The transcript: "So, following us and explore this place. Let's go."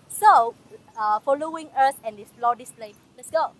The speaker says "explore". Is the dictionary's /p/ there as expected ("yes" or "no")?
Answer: no